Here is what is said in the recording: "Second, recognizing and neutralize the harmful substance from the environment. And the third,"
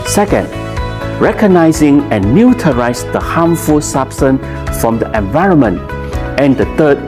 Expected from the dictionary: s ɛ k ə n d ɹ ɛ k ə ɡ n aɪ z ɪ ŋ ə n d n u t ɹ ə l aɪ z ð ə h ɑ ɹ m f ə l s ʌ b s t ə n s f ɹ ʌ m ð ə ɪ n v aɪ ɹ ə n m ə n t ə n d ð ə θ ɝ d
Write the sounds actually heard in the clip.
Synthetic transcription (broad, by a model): s ɛ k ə n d ɹ ɛ k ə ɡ n aɪ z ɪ ŋ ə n n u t ə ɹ aɪ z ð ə h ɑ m f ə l s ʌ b s t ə n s f ɹ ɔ m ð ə ɪ n v aɪ ɹ ə n m ə n t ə n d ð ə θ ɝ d